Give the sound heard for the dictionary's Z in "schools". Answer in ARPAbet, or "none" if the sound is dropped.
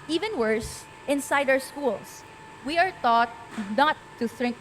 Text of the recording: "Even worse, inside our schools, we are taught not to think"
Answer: S